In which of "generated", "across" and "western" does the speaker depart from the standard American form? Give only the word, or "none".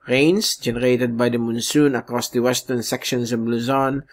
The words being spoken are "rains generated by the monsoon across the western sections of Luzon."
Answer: none